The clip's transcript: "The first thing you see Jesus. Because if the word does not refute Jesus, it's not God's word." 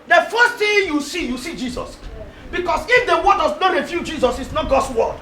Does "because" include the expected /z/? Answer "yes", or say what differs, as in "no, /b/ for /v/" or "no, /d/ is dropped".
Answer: no, /s/ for /z/